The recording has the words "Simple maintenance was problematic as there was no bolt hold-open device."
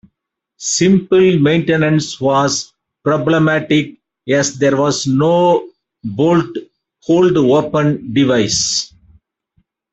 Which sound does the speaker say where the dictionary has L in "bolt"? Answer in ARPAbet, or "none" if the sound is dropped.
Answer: L